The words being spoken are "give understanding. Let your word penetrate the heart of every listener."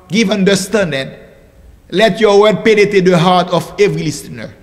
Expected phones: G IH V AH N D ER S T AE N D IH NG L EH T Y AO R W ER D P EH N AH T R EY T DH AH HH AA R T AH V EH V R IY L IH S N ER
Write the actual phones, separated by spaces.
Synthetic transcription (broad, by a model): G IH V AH N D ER S T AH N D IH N L EH T Y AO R W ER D P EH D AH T EY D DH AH HH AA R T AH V EH V R IY L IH S N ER